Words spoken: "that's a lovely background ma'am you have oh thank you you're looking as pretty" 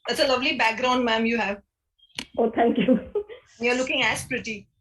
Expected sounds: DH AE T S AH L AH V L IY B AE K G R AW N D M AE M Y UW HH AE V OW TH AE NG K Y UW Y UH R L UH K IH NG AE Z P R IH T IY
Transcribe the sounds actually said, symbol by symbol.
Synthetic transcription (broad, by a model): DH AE T S AH L AH V L IY B AE K G R AW N D M AE M Y UW HH AE V OW T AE NG K Y UW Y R L UH K IH NG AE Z P R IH T IY